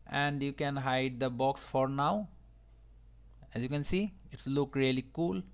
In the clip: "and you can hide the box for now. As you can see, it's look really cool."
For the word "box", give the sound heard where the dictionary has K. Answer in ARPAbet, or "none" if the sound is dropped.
K